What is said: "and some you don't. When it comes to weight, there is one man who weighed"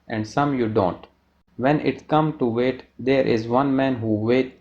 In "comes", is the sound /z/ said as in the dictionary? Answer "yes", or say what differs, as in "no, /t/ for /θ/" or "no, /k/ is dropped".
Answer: no, /z/ is dropped